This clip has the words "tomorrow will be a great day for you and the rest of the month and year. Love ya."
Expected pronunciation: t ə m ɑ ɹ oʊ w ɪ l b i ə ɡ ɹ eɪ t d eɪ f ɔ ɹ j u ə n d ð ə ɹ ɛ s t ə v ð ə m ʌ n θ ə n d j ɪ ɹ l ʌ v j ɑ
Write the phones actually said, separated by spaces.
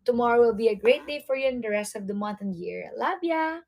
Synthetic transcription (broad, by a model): t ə m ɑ ɹ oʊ w ɪ l b i ə ɡ ɹ eɪ t d eɪ f ɔ ɹ j u ə n d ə ɹ ɛ s t ə v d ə m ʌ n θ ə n j ɪ ɹ l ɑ b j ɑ